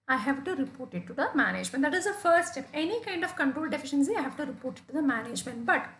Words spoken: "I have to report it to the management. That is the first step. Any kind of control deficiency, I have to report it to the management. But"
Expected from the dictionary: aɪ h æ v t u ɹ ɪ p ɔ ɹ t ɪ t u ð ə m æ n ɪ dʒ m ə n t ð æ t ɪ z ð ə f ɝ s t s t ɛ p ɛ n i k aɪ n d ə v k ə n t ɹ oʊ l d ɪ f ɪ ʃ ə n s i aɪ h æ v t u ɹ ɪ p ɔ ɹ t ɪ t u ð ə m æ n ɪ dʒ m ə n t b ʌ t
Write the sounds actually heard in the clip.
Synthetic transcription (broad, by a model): aɪ h æ v t u ɹ ɪ p ɔ ɹ t ɪ t u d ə m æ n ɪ dʒ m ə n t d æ t ɪ z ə f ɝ t s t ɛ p ɛ n i k aɪ n d ə v k ə n t ɹ oʊ l d ɪ f ɪ ʃ ə n s i aɪ h æ v t u ɹ ɪ p ɔ ɹ t ɪ t u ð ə m æ n ɪ dʒ m ə n t b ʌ t